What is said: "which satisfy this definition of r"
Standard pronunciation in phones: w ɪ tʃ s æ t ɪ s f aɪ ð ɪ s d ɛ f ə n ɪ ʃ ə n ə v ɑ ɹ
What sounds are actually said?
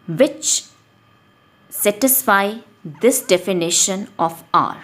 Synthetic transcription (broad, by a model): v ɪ tʃ s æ t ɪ s f aɪ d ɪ s d ɛ f ə n ɪ ʃ ə n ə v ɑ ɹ